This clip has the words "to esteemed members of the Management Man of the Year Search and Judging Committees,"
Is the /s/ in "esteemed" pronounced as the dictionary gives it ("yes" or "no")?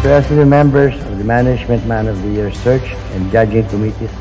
no